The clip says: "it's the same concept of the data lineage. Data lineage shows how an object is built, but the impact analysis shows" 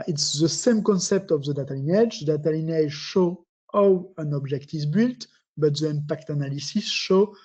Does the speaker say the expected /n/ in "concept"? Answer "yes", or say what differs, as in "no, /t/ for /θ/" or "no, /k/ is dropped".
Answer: yes